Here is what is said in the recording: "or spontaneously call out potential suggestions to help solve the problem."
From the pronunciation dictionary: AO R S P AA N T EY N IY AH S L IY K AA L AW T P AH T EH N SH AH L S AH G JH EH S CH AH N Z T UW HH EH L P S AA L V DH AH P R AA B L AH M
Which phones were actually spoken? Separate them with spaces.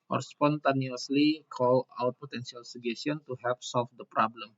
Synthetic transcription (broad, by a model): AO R S P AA N T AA N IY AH S L IY K AA L AW T P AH T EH N S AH L S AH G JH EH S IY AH N T UW HH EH L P S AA L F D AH P R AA B L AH M